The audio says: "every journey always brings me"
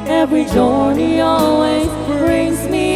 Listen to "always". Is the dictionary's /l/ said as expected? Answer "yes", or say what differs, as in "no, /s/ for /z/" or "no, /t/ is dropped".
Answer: yes